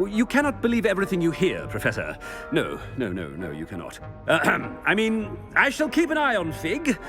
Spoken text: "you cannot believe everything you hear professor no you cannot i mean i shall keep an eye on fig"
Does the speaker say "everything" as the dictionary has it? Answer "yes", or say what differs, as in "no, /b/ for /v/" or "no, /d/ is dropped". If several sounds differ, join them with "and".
yes